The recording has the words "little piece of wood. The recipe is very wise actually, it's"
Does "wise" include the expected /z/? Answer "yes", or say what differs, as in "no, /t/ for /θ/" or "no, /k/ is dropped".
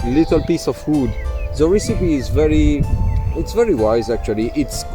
yes